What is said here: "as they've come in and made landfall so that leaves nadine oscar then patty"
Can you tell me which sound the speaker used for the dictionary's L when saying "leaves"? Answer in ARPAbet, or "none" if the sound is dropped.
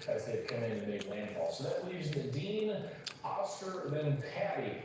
W